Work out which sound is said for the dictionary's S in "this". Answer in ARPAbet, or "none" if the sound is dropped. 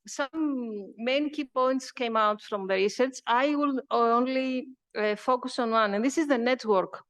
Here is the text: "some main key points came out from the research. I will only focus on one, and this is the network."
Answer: S